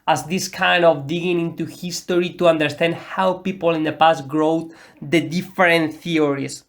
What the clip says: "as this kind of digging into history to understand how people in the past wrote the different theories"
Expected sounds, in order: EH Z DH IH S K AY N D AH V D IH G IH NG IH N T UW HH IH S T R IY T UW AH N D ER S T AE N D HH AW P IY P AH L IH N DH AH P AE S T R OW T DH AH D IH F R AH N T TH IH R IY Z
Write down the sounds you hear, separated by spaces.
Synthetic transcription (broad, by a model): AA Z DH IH S K AY N D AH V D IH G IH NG IH N T UW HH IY S T R IY T UW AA N D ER S T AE N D HH AW P IY P AH L IH N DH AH P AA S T R OW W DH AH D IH F R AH N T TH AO R IY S